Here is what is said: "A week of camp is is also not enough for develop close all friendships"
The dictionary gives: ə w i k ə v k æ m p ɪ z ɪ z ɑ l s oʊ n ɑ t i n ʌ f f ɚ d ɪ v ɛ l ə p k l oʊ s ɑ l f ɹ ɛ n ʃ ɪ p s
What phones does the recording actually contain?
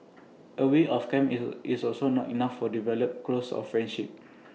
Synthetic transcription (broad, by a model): ə w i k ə f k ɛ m ɪ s ɑ l s oʊ n ɑ t i n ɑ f f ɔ d ɪ v ɛ l ə p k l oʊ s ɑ f ɹ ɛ n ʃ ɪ p